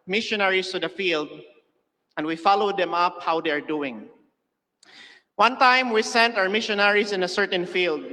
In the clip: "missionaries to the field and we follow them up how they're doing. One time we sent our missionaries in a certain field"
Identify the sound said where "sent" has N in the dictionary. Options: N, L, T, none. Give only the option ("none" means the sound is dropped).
N